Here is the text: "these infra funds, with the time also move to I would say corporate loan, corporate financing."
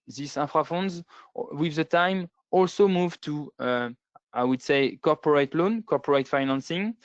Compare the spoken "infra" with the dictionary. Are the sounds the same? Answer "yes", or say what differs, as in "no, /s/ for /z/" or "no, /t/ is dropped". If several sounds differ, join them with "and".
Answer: no, /n/ is dropped